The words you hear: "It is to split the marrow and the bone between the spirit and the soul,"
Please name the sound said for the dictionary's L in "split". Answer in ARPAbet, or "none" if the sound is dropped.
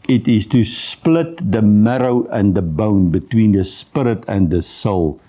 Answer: L